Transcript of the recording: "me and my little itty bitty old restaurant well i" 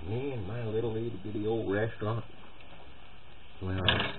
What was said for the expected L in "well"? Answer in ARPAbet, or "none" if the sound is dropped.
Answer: N